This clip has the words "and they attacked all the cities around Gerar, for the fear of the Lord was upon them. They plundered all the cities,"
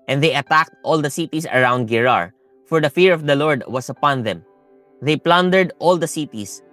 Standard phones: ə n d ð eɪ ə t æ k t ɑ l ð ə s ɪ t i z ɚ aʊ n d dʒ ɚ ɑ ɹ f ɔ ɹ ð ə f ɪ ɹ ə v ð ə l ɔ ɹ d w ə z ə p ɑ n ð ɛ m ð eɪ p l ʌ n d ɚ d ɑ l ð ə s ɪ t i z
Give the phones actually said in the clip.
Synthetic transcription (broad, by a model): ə n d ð eɪ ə t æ k t ɑ l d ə s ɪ t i s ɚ aʊ n d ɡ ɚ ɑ ɹ f ɔ ɹ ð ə f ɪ ɹ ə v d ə l ɔ ɹ d w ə s ə p ɑ n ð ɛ m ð eɪ p l ʌ n d ɚ d ɑ l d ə s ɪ t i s